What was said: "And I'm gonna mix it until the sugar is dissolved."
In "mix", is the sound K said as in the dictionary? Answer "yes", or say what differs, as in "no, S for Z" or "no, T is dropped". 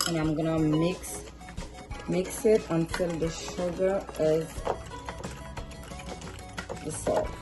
yes